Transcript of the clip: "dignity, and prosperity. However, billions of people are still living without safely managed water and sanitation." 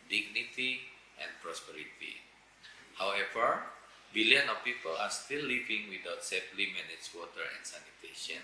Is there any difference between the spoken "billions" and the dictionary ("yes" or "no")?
yes